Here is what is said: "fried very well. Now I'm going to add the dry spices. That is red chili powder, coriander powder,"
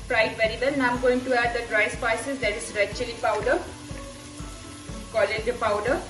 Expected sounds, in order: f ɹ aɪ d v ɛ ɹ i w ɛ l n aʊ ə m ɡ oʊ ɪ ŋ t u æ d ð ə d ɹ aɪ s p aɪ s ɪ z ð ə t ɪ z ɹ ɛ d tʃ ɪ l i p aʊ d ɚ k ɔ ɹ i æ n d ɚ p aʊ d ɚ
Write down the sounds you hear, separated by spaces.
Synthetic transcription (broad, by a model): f ɹ aɪ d v ɛ ɹ i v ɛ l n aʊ ə m ɡ oʊ ɪ ŋ t u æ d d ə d ɹ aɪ s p aɪ s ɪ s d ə t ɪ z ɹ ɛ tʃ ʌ l i p aʊ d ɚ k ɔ l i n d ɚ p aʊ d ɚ